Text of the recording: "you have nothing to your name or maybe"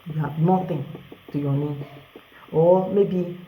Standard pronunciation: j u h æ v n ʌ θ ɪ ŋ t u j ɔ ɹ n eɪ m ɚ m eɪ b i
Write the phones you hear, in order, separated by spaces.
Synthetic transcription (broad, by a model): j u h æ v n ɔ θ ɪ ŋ t u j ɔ n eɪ ɔ m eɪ b i